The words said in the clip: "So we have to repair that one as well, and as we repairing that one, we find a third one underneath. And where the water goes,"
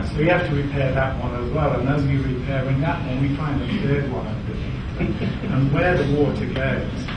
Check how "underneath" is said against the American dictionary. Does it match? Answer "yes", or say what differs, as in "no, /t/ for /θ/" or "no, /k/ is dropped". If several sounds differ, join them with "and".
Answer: no, /t/ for /θ/